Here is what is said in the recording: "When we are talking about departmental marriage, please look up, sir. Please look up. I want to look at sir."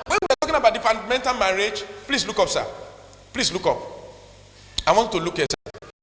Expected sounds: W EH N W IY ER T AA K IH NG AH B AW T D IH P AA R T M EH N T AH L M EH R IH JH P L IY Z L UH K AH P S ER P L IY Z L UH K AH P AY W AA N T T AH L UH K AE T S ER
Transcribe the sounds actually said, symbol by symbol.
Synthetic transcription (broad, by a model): W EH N W IY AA T AA K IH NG AH B AW T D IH F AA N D M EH N T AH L M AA R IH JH P L IY S L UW K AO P S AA P L IY S L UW K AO P AY W AA N T T AH L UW K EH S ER